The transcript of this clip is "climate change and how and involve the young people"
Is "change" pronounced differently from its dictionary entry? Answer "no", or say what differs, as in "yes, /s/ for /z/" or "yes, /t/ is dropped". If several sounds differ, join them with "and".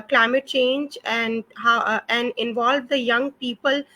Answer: no